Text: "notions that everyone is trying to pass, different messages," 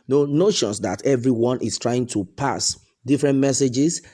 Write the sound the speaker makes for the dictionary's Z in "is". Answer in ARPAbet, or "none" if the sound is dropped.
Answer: S